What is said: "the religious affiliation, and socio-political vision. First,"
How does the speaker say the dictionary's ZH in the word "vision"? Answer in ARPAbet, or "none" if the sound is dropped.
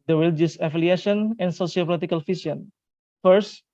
S